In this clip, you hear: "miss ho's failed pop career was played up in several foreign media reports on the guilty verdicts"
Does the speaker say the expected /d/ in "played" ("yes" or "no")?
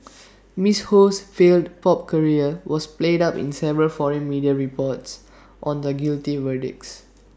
yes